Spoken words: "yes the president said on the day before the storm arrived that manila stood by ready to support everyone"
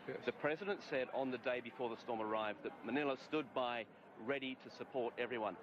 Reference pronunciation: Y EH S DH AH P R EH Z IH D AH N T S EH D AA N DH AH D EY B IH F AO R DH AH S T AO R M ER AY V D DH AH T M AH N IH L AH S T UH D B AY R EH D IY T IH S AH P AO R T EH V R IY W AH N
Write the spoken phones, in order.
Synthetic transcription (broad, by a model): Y DH AH P R EH Z IH D AH N T S EH D N DH AH D EY B IH F AO R DH AH S T AO R M ER AY V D DH AH T M AH N IH L AH S T UH D B AY R EH D IY T IH S AH P AO R T EH V R IY W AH N